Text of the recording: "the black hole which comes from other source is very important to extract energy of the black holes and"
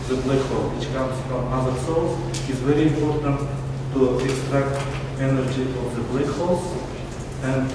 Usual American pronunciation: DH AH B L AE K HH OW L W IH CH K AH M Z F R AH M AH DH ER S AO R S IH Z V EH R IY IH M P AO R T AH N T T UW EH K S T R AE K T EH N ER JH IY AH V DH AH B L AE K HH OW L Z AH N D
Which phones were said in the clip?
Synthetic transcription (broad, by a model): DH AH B L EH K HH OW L W IH CH K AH M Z F R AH M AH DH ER S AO L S IH Z V EH R IY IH M P AO R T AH N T T UW EH K S T R AE K T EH N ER JH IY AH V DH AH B L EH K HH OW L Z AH N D